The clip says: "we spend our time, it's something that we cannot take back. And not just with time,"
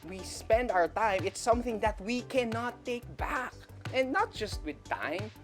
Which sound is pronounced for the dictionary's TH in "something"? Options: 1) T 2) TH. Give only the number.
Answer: 2